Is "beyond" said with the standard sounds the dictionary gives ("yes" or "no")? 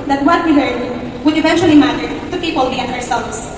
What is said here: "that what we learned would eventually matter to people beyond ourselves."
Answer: no